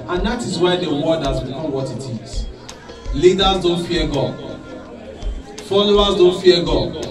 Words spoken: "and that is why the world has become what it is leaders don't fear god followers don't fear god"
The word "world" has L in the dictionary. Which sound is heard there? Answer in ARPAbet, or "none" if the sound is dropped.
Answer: none